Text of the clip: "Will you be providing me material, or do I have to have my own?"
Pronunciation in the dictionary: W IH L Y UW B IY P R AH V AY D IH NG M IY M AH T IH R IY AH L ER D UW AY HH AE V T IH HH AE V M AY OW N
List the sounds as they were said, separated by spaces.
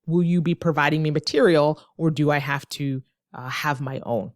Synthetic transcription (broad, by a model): W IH L Y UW B IY P R AH V AY D IH NG M IY M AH T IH R IY L ER D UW AY HH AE F T IH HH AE V M AY OW N